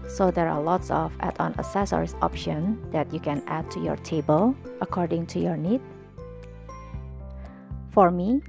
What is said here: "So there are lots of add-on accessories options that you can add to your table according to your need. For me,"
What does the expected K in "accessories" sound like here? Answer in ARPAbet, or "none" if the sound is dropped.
none